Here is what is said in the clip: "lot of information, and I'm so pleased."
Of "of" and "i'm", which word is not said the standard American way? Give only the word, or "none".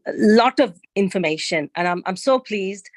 none